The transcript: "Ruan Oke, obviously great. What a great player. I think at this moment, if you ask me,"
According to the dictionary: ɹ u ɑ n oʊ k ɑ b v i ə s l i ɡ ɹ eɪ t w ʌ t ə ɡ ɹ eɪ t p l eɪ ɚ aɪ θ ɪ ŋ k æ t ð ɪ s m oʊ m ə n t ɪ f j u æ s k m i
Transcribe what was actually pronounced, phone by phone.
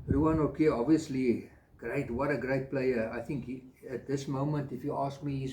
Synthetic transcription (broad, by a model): ɹ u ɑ n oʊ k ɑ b v i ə s l i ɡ ɹ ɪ t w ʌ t ə ɡ ɹ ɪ t p l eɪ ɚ aɪ θ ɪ ŋ k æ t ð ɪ s m oʊ m ə n t ɪ f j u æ s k m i